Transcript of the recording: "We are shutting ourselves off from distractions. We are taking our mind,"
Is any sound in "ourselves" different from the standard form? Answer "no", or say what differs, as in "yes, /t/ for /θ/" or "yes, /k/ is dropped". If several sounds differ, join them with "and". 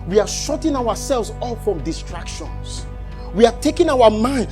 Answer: yes, /w/ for /ɹ/